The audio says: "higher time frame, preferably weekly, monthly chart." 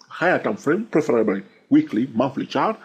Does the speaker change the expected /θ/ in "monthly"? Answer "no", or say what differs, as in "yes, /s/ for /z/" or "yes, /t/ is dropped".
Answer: yes, /f/ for /θ/